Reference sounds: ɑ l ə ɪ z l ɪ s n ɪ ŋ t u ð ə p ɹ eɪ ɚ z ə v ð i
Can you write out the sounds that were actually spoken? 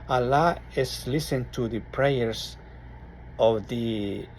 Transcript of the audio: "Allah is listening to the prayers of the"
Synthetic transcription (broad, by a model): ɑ l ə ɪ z l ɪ s ɪ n t u ð ə p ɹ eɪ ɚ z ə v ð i